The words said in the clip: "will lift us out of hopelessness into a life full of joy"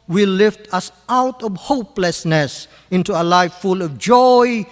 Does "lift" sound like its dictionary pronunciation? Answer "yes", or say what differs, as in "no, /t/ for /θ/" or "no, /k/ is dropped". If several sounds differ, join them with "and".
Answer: yes